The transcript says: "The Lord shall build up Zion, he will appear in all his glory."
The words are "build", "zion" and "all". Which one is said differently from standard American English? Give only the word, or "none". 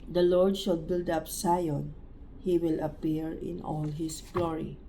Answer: zion